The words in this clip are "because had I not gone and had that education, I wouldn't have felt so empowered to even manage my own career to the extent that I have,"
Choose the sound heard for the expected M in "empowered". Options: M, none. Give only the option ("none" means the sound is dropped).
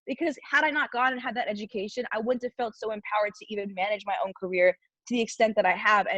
M